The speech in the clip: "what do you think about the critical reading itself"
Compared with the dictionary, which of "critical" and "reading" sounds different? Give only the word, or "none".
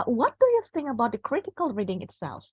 none